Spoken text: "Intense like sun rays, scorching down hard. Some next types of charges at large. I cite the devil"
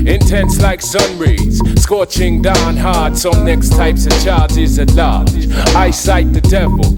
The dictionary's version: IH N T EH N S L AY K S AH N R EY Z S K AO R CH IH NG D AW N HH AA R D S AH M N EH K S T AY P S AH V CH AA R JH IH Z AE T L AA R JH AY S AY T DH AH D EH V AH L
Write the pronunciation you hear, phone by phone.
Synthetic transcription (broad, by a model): IH N T EH N S L AY K S AH N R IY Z S K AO CH IH NG D AW N HH AA R D S AH M N EH K S T AY P S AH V CH AA R JH IH Z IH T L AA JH AY S AY T DH AH D EH V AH L